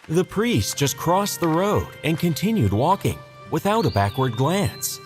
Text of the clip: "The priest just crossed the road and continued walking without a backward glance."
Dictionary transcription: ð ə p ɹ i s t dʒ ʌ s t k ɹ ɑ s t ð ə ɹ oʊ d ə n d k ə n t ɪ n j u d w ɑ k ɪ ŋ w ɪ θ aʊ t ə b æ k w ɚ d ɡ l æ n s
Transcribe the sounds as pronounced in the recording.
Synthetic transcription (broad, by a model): ð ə p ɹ i s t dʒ ʌ s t k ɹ ɑ s ð ə ɹ oʊ d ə n k ə n t ɪ n j u d w ɑ k ɪ ŋ w ɪ θ aʊ t ə b æ k w ɚ d ɡ l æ n s